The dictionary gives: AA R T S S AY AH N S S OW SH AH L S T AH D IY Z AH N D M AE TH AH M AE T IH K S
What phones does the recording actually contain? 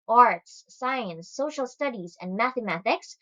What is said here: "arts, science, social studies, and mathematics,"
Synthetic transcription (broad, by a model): AA R T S S AY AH N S S OW SH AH L S T AH D IY Z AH N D M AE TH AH M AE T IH K S